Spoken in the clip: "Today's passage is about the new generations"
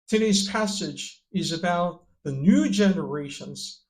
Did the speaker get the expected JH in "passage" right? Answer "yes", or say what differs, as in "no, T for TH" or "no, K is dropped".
yes